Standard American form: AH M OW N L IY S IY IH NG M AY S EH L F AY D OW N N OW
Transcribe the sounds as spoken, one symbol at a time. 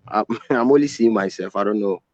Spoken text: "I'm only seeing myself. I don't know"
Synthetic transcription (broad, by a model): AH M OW L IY S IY M AY S EH L F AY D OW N N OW